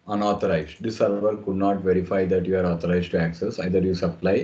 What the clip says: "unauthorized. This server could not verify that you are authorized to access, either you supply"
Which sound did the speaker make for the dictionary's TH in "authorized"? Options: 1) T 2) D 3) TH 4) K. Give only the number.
1